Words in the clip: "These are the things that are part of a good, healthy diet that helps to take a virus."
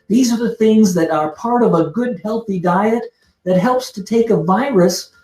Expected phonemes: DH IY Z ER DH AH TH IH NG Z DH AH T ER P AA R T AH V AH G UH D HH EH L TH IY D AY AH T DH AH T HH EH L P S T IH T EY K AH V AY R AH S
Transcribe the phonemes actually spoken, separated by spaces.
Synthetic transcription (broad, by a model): DH IY Z ER DH AH TH IH NG Z DH AH T ER P AA R T AH V AH G UH D HH EH L TH IY D AY AH T DH AH T HH EH L P S T IH T EY K AH V AY R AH S